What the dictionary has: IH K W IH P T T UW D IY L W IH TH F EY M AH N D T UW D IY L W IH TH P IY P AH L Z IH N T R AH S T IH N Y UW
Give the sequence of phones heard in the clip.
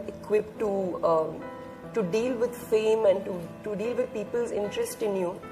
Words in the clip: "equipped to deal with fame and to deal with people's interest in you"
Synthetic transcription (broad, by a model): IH K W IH P T T UW D IY L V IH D F EY M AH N D T UW D IY L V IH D P IY P AH L Z IH N T R AH S T IH N Y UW